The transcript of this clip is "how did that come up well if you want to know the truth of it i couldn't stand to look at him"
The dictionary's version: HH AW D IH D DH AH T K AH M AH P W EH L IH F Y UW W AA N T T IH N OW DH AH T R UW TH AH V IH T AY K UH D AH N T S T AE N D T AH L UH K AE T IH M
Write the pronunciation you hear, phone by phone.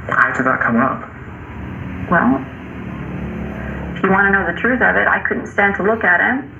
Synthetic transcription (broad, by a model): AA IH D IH DH AH T K AH M AH P W EH L IH F Y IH W AA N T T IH N OW DH AH T R UW TH AH V IH T AY K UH D N T S T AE N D T AH L UH K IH T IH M